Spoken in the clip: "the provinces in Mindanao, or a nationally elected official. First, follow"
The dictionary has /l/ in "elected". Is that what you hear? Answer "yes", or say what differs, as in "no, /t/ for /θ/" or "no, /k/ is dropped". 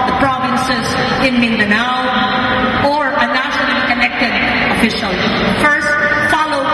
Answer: no, /n/ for /l/